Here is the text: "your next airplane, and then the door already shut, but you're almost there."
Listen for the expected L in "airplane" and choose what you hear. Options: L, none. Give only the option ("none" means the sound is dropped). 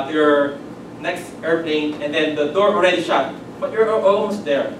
none